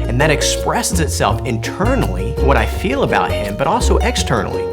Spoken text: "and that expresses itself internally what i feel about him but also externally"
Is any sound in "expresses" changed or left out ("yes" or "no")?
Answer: no